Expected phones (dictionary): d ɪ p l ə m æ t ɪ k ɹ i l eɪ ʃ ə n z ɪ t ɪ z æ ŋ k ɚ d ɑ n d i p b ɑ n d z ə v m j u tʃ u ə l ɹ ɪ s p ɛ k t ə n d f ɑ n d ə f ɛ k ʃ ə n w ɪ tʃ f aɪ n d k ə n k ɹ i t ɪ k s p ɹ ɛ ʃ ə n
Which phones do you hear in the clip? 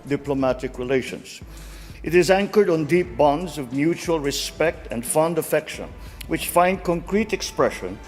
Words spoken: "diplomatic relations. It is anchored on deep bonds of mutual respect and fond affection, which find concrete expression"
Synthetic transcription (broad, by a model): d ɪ p l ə m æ t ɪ k ɹ i l eɪ ʃ ə n z ɪ t ɪ z æ ŋ k ɚ d n d i p b ɑ n d z ə v m j u tʃ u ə l ɹ ɪ s p ɛ k t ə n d f ɑ n d ə f ɛ k ʃ ə n w ɪ tʃ f aɪ n d k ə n k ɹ i t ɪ k s p ɹ ɛ ʃ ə n